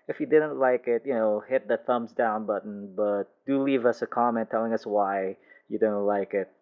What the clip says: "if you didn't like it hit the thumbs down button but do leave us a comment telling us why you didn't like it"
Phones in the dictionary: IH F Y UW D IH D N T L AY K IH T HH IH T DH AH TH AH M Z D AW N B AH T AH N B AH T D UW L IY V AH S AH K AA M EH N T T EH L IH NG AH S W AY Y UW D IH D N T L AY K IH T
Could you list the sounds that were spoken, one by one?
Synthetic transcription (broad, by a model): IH F Y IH D IH D N T L AY K IH T HH IH T DH AH TH AH M Z D AW N B AH T N B AH T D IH L IY V AH S AH K AA M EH N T T EH L IH NG AH S W AY Y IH D IH D N T L AY K IH T